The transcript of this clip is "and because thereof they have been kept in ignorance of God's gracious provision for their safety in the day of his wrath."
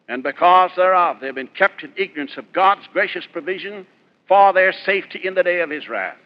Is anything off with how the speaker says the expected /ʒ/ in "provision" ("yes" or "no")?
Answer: no